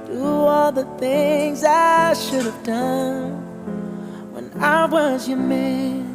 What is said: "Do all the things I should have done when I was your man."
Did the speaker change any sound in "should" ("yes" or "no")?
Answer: no